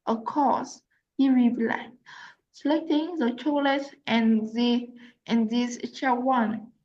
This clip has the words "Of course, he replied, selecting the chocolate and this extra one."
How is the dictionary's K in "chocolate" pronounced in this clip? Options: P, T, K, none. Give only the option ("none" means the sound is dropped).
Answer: none